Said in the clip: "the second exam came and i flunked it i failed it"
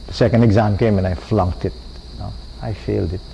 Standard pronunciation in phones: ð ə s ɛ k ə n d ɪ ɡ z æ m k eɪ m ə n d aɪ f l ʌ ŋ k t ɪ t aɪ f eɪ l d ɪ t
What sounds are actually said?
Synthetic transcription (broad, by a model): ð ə s ɛ k ə n d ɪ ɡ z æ m k eɪ m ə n aɪ f l ʌ ŋ k t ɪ t aɪ f eɪ l d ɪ t